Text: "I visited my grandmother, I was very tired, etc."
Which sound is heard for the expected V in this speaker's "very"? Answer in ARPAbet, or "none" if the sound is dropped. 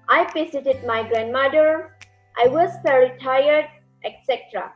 F